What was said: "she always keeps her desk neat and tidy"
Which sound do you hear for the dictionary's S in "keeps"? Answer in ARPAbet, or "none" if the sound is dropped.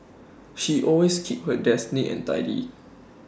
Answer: none